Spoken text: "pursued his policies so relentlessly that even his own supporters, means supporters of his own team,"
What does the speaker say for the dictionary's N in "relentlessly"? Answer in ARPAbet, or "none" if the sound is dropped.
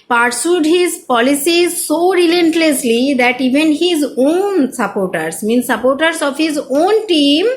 N